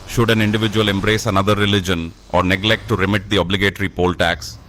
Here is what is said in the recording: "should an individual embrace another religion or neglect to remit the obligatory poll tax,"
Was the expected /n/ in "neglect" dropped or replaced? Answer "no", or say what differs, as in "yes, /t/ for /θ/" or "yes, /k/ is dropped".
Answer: no